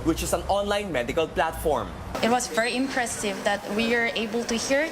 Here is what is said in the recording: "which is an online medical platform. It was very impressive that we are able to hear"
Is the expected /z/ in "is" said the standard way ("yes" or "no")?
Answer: no